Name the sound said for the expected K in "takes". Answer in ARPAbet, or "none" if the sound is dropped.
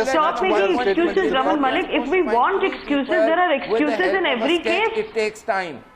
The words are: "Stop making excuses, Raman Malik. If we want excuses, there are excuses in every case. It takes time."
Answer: none